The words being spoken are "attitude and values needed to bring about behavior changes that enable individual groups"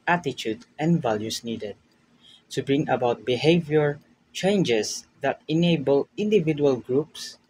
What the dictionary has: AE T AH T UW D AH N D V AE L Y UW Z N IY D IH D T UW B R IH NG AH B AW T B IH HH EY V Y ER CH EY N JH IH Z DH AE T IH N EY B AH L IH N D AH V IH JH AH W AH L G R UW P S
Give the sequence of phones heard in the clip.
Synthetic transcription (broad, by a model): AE T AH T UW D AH N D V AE L Y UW S N IY D IH D T UW B R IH NG AH B AW T B IH HH EY V Y ER CH EY N JH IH S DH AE T IH N EY B AH L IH N D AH V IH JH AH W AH L G R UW P S